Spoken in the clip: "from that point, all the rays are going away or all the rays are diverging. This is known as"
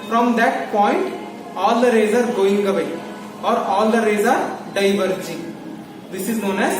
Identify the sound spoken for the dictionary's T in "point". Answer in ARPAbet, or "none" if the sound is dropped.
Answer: T